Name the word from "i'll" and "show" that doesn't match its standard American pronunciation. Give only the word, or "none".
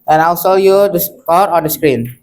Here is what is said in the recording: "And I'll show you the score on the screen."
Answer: show